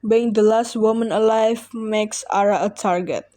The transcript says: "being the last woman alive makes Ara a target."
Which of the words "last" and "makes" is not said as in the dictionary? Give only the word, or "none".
none